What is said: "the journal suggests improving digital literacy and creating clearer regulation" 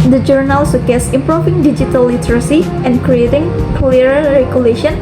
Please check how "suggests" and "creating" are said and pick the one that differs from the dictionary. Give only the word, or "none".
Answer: suggests